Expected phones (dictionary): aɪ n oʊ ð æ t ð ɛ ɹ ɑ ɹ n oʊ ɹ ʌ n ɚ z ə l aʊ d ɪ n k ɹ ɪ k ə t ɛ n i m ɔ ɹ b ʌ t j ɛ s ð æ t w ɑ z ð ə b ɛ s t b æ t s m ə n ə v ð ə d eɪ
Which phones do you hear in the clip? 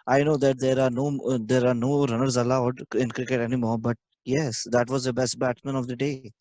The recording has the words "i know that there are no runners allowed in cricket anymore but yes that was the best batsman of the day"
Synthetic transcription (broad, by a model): aɪ n oʊ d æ t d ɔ ɹ ɑ ɹ n oʊ ɹ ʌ n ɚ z ə l aʊ d ɪ n k ɹ ɪ k ə t ɛ n i m ɔ ɹ b ʌ t j ɛ s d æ t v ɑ z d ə b ɛ s t b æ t m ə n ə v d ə d eɪ